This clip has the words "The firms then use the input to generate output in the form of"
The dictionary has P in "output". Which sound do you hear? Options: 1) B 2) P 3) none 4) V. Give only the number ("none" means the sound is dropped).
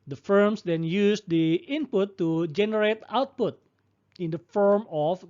2